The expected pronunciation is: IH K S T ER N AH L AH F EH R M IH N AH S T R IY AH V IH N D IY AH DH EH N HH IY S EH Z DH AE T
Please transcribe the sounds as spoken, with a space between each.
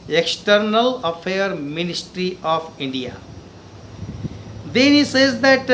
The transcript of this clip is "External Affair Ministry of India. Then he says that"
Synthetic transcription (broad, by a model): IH K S T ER N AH L AH F EH R M IH N AH S T R IY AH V IH N D IY AH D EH N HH IY S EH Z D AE T